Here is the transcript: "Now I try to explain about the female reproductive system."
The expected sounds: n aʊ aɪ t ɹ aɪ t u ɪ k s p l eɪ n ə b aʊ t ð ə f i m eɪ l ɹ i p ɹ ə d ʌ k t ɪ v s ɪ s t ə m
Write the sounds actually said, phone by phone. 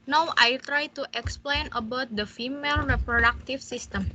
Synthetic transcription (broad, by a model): n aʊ aɪ t ɹ aɪ t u ɪ k s p l eɪ n ə b aʊ t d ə f i m eɪ l ɹ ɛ p ɹ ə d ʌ k t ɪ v s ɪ s t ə m